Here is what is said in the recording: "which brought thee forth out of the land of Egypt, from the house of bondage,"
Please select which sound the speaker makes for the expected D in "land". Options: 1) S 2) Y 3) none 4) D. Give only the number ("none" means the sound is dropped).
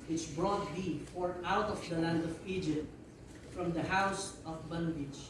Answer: 4